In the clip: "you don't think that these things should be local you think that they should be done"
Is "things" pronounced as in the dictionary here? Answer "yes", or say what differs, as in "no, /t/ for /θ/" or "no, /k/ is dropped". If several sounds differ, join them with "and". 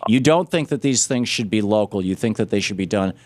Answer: yes